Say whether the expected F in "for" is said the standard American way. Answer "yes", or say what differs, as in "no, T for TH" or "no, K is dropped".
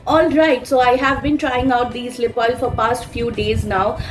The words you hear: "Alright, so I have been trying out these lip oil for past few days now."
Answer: yes